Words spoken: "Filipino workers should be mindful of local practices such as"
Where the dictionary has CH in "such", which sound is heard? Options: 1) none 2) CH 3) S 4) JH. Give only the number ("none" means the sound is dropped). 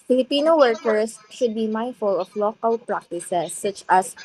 2